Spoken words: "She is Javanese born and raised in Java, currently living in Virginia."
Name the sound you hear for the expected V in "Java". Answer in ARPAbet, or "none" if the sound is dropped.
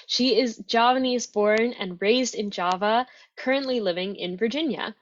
V